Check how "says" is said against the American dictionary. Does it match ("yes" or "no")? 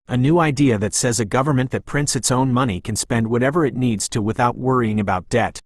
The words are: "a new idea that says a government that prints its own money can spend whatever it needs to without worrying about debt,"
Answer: yes